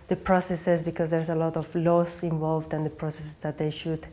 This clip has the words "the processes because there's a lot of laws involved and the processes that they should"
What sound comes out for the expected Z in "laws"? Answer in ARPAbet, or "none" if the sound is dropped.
S